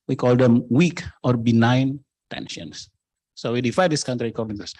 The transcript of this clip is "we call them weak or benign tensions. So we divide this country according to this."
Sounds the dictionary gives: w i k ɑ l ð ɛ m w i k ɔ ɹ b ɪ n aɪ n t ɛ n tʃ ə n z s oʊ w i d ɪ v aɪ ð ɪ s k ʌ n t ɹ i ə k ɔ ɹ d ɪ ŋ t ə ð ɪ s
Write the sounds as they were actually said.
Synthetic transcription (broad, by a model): w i k ɑ l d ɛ m w i k ɔ ɹ b ɪ n aɪ n t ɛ n ʃ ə n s s oʊ w i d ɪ f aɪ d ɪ s k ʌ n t ɹ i k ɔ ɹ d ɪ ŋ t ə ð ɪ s